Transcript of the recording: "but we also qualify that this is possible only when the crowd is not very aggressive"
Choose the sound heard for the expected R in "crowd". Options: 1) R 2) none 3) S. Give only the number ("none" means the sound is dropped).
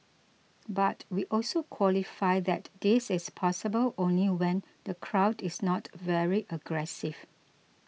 1